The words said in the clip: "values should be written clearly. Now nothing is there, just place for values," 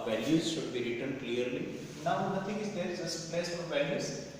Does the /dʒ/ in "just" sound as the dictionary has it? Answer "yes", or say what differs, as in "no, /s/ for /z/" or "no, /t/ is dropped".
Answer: no, /z/ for /dʒ/